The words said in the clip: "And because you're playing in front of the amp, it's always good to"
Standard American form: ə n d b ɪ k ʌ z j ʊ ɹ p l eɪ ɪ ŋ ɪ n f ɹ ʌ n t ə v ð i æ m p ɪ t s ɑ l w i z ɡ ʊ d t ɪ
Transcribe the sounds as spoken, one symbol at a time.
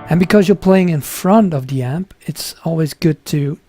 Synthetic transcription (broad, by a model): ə n b ɪ k ʌ z j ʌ ɹ p l eɪ ɪ ŋ ɪ n f ɹ ʌ n t ə v ð i æ m p ɪ t s ɑ l w i z ɡ ʊ d t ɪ